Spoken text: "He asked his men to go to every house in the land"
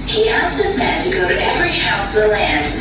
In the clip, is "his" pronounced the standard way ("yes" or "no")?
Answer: yes